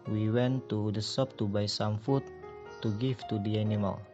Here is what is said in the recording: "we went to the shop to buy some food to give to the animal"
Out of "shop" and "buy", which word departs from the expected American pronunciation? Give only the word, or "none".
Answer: shop